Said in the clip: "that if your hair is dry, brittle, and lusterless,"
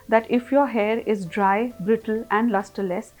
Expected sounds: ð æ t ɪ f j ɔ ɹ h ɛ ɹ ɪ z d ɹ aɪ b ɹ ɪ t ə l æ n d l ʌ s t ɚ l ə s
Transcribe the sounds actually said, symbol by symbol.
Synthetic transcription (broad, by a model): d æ t ɪ f j ɔ ɹ h ɛ ɹ ɪ z d ɹ aɪ b ɹ ɪ t ə l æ n d l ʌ s t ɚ l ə s